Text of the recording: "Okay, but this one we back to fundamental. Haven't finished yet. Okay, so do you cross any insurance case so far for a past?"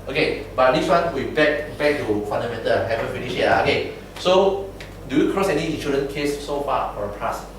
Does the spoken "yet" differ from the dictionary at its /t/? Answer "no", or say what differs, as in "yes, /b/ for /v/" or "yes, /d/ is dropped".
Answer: yes, /t/ is dropped